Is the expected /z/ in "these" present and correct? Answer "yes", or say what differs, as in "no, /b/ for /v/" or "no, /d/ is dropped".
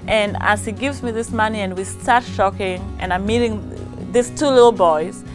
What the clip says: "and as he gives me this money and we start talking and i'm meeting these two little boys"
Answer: no, /s/ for /z/